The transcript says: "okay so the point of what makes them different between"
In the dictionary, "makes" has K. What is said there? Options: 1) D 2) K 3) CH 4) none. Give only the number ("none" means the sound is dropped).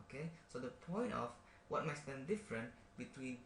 4